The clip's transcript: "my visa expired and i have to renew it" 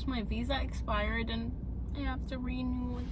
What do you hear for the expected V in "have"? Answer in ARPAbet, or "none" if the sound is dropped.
F